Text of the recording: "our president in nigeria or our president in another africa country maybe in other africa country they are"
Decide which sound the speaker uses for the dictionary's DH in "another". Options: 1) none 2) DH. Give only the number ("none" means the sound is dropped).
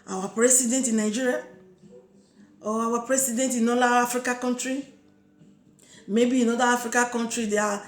1